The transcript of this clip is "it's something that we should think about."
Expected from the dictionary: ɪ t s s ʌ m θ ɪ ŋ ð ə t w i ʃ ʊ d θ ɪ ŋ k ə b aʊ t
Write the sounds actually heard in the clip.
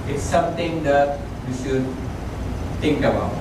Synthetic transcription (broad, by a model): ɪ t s s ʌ m t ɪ ŋ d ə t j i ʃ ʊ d t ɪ ŋ k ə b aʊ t